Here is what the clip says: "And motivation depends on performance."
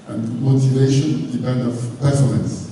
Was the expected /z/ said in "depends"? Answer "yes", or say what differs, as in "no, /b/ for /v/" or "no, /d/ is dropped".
no, /z/ is dropped